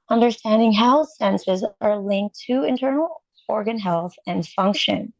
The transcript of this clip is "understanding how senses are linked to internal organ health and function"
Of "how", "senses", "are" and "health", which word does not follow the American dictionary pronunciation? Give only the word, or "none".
none